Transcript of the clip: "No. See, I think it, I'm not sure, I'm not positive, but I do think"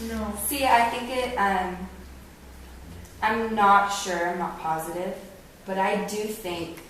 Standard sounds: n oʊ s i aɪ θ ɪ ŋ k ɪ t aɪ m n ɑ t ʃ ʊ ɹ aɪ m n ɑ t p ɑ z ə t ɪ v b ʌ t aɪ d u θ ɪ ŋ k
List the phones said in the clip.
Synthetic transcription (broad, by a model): n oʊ s i aɪ θ ɪ ŋ k ɪ t aɪ m n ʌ t ʃ ʊ ɹ aɪ m n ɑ t p ɑ z ə t ɪ v b ʌ t aɪ d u θ ɪ ŋ k